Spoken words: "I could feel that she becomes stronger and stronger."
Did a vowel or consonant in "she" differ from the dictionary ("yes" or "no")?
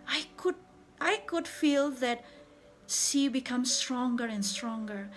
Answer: yes